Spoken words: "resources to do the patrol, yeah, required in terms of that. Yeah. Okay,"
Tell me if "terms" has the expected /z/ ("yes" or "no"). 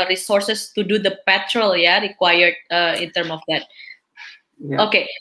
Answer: no